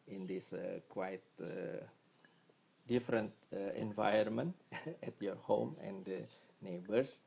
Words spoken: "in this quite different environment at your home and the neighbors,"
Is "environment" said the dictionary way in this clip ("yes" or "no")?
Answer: no